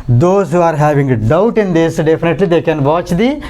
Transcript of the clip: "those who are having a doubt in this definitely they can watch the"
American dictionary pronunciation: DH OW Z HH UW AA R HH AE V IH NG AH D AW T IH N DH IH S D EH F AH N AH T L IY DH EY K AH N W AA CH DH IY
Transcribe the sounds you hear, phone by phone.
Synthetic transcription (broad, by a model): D OW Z HH UW AA R HH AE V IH NG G D AW T IH N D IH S D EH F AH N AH T L IY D EY K AH N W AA CH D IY